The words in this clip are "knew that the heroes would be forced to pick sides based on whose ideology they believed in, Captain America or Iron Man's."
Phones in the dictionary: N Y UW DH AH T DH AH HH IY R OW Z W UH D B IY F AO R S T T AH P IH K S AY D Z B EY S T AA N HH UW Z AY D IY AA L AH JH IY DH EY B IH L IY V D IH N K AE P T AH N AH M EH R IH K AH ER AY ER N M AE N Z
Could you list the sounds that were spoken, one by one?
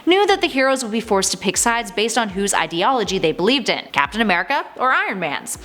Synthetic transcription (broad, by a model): N Y UW DH AH T DH AH HH IY R OW Z W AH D B IY F AO R S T T AH P IH K S AY D Z B EY S T N HH UW Z AY D IY AA L AH JH IY DH EY B IH L IY V D IH N K AE P T AH N AH M EH R IH K AH ER AY ER N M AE N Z